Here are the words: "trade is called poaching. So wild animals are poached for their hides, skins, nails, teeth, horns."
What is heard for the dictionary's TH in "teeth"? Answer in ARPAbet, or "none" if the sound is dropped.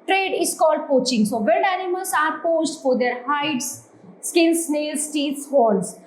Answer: S